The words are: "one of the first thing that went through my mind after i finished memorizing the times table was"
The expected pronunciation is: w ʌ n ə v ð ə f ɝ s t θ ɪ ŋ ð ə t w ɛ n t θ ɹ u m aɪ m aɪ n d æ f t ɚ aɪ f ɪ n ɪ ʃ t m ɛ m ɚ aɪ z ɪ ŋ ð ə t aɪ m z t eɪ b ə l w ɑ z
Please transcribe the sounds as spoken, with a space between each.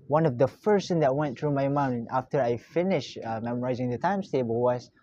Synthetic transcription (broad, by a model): w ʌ n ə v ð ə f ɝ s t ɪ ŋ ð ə t w ɛ n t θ ɹ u m aɪ m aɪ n ɑ f t ɚ aɪ f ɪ n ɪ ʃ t m ɛ m ɚ aɪ z ɪ ŋ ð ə t aɪ m s t eɪ b ə l w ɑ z